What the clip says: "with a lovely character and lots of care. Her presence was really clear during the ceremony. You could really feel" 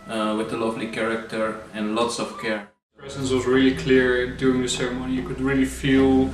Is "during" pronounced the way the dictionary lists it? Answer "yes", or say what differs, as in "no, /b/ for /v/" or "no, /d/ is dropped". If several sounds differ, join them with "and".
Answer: no, /ɹ/ is dropped